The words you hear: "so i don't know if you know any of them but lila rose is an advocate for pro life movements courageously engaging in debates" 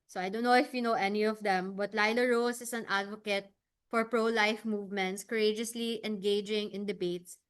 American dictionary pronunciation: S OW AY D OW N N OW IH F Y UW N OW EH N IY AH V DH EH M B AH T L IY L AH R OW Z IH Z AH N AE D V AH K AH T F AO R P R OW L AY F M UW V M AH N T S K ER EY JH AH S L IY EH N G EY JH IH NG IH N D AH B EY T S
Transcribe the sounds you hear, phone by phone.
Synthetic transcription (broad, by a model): S OW AY D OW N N OW IH F Y UW N OW EH N IY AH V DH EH M B AH T L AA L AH R OW S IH S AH N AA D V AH K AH T F AO R P R OW L AY F M UW V M AH N T S K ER EY JH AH S L IY EH N G EY JH IH NG IH N D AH B EY T S